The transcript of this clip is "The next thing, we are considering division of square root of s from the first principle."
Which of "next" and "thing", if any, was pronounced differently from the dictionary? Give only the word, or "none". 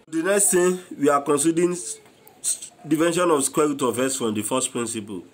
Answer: thing